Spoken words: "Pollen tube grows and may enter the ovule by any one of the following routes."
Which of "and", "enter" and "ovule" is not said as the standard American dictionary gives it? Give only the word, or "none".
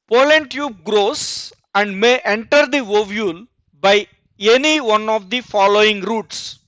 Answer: none